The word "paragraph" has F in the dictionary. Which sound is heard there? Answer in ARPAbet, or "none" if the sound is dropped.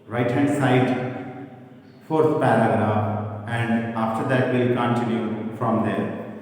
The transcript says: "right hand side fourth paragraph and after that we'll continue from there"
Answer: none